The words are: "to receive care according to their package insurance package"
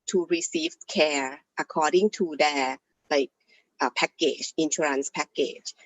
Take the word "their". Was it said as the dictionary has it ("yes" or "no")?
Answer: no